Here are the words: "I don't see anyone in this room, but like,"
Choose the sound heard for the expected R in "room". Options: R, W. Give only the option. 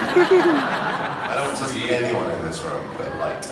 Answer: R